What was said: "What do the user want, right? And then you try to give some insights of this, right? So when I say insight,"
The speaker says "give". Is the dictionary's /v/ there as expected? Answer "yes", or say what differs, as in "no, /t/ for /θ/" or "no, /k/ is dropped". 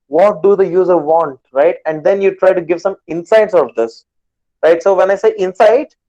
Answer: yes